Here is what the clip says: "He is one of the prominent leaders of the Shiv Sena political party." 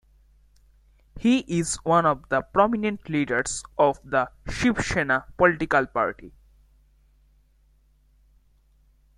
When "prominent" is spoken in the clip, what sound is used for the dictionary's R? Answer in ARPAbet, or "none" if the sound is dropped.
R